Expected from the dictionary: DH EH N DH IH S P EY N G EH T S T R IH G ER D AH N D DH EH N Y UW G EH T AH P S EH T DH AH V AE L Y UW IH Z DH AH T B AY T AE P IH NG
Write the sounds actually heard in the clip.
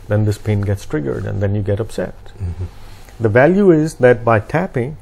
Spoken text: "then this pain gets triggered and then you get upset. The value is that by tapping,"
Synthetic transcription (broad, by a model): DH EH N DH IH S P EY N G EH T S T R IH G ER D AH N D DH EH N Y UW G EH T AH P S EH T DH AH V AE L Y UW IH Z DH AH T B AY T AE P IH NG